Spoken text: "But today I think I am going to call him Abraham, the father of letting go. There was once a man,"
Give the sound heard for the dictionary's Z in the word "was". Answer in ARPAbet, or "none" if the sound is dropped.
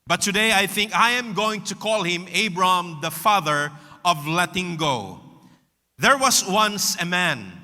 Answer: S